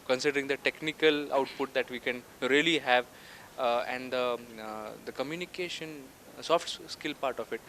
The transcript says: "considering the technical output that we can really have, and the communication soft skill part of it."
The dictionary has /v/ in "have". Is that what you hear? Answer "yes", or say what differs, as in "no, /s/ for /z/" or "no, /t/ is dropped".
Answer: yes